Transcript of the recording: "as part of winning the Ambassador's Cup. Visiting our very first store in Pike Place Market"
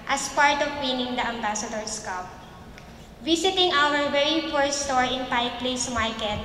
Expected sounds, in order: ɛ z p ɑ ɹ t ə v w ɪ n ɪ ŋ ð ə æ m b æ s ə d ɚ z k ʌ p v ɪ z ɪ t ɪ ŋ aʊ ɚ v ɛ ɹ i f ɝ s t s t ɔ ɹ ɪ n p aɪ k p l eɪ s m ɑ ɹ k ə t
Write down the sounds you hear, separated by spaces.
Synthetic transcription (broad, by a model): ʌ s p ɑ ɹ t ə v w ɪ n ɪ ŋ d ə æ m b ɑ s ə d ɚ s k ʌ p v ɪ s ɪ t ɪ ŋ aʊ ɚ v ɛ ɹ i p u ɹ s t ɔ ɹ ɪ n p aɪ p l eɪ s m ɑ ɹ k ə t